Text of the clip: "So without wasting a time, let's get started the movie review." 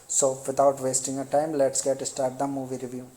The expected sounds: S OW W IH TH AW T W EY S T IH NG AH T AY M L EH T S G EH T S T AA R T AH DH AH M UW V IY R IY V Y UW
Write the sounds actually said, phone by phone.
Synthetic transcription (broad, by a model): S OW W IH T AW T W EY S T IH NG AH T AY M L EH T S G EH T S T AA R T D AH M UW V IY R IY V Y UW